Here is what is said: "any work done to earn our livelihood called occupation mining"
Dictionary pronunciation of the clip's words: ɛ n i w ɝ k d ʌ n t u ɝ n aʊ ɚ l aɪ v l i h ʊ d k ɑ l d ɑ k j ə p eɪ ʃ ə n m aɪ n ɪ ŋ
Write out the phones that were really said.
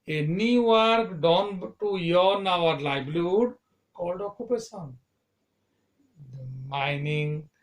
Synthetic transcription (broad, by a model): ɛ n i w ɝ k d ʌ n t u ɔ n aʊ ɚ l aɪ b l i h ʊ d k ɑ l d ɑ k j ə p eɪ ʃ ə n m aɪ n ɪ ŋ